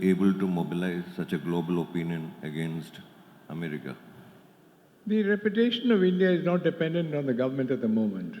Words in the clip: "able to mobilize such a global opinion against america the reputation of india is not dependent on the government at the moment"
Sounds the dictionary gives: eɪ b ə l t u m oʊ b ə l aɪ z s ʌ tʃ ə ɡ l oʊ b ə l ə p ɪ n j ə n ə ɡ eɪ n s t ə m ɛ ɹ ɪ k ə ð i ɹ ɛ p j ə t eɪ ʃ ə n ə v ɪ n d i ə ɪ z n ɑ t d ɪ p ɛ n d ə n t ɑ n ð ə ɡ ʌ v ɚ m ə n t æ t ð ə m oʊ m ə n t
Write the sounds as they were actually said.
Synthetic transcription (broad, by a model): eɪ b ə l t u m oʊ b ə l aɪ z s ʌ tʃ ə ɡ l oʊ b ə l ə p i n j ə n ə ɡ eɪ n s t ə m ɛ ɹ ɪ k ə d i ɹ ɛ p j ə t eɪ ʃ ə n ə v ɪ n d i ə ɪ z n ɑ t d ɪ p ɛ n d ə n t ɑ n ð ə ɡ ʌ v ɚ m ə n t æ t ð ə m oʊ m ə n t